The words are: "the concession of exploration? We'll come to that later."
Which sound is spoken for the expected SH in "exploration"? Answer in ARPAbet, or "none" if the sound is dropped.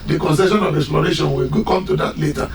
SH